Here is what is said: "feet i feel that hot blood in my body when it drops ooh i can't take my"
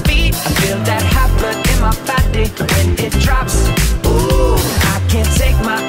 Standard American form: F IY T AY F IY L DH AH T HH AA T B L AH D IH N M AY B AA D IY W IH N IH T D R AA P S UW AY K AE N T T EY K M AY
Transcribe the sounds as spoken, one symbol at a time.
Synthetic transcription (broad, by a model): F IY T AY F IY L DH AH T HH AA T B AH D IH N M AY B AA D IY W IH N IH T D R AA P S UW AY K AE N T T EY K M AY